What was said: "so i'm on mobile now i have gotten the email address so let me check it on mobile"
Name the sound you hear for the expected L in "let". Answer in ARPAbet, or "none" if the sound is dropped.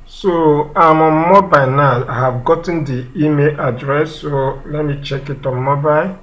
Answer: L